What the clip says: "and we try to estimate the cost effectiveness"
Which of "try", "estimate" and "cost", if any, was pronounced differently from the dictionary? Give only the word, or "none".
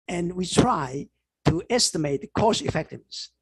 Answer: cost